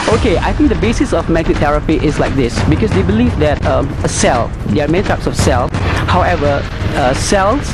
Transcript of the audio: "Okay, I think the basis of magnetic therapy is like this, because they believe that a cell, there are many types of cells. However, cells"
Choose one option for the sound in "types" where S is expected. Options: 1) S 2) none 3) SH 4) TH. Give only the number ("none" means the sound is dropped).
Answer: 1